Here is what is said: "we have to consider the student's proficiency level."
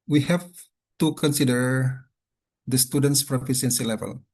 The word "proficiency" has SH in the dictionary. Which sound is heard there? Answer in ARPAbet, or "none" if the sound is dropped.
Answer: S